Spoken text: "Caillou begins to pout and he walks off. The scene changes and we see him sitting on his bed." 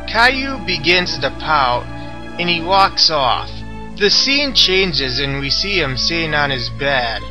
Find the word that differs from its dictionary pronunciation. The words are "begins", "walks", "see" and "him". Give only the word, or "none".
none